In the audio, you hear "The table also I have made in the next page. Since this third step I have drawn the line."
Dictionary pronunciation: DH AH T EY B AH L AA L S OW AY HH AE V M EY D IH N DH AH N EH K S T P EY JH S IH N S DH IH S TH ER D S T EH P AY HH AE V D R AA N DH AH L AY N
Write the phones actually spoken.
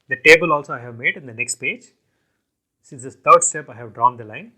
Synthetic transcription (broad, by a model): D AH T EY B AH L AA L S OW AY HH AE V M EY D IH N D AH N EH K S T P EY JH S IH N S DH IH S T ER D S T EH P AY HH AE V D R AA N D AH L AY N